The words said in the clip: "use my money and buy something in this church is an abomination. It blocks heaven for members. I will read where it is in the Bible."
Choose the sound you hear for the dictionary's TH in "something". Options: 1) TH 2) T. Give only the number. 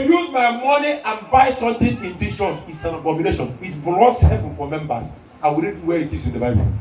2